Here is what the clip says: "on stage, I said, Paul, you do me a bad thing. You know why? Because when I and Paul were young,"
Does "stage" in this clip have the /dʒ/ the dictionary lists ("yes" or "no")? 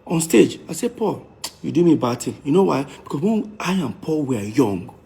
yes